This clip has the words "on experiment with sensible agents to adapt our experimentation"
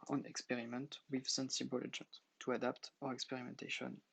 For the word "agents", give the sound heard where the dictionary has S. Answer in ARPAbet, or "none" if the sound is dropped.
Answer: none